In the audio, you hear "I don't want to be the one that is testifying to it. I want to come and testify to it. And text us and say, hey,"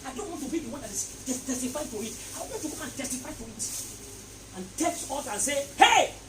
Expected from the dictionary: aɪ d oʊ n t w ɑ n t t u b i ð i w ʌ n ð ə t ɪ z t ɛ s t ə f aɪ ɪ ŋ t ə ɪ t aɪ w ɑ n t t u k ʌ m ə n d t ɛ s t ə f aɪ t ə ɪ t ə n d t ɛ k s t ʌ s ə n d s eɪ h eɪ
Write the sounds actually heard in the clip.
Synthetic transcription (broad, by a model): aɪ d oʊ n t w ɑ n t t u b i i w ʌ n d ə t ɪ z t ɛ s t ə f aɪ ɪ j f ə ɪ t aɪ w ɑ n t t u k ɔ ə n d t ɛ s t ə f aɪ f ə ɪ t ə n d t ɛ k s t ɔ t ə n s eɪ h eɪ